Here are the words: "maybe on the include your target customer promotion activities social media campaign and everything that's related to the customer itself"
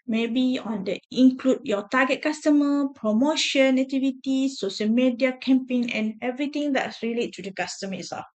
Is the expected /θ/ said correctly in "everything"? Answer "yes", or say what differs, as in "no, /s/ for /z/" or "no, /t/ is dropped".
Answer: no, /t/ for /θ/